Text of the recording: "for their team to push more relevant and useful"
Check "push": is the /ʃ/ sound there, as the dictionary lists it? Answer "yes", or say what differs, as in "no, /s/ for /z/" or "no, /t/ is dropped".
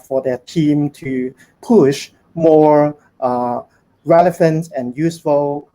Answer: yes